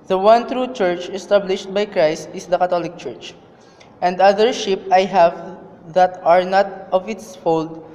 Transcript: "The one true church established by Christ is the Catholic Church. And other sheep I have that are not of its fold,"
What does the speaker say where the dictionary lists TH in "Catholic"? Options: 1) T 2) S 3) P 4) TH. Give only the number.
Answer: 1